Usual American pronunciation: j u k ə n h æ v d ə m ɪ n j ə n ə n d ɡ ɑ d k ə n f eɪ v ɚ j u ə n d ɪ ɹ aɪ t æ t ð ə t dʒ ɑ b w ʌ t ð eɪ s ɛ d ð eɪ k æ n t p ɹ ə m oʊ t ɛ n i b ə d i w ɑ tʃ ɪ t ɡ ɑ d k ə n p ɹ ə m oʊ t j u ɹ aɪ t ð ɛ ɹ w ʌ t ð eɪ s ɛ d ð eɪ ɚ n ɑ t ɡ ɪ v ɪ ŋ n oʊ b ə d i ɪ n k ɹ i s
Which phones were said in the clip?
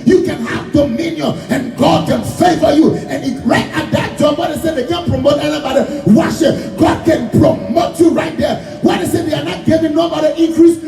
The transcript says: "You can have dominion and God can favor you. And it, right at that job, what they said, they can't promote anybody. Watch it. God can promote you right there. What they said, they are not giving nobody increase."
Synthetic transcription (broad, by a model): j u k ə n h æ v d ə m ɪ n j ə n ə n ɡ ɑ d k ə n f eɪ f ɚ j u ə n ɪ ɹ aɪ t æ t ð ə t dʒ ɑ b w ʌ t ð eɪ s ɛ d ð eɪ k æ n p ɹ ə m oʊ t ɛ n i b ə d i w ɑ ʃ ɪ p ɡ ɑ d k ə n p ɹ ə m oʊ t j u ɹ aɪ t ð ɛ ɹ w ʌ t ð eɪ s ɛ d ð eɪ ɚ n ɑ t ɡ ɪ v ɪ ŋ n oʊ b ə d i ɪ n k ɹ i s